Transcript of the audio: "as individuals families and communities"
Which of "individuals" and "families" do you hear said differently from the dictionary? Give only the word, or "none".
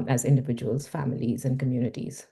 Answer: none